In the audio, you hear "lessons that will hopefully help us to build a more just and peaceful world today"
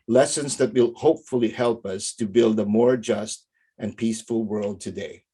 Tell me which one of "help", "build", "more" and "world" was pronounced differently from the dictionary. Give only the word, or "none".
none